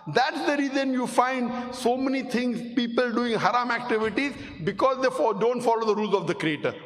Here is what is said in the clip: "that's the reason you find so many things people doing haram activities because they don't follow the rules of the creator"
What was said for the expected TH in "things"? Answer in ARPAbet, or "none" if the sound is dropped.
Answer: T